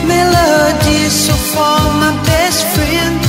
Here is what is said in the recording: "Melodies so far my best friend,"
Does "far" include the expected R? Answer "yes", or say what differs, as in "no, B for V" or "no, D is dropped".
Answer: no, L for R